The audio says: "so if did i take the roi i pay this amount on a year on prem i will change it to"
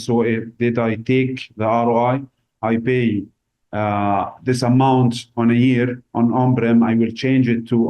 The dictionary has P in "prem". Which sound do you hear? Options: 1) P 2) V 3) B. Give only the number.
3